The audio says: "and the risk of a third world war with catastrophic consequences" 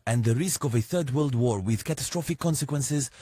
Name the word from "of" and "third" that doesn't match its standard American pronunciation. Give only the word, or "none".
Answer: none